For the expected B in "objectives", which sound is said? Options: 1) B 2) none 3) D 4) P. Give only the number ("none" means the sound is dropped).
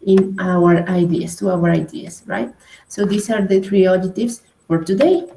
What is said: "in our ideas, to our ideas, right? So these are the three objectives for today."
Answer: 2